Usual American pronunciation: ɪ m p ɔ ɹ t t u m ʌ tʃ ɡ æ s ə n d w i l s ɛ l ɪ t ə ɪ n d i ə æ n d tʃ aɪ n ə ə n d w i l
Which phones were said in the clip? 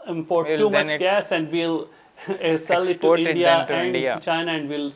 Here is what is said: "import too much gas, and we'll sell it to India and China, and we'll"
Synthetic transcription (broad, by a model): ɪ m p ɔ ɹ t t u m ʌ tʃ ɡ æ s ə n d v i l s ɛ l ɪ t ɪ d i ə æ n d tʃ aɪ n ə ə n d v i l